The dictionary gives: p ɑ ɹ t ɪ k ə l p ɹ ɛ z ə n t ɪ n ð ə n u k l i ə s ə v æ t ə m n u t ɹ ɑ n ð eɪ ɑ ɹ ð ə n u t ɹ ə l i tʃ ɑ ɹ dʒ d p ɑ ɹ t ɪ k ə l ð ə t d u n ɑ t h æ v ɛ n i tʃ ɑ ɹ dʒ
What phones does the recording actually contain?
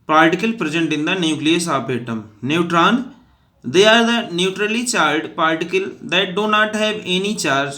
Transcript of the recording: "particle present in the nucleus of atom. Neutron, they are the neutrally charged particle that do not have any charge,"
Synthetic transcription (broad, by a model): p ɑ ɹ t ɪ k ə l p ɹ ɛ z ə n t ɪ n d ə n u k l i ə s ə p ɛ t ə m n u t ɹ ɑ n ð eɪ ɑ ɹ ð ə n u t ɹ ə l i tʃ ɑ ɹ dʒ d p ɑ ɹ t ɪ k ə l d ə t d u n ɑ t h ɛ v ɛ n i tʃ ɑ ɹ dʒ